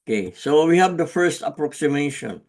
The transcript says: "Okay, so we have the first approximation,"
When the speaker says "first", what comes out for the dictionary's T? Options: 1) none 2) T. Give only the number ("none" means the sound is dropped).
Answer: 2